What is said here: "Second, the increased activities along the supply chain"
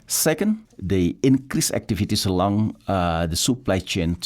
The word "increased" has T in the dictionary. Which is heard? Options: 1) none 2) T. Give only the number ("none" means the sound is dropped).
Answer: 1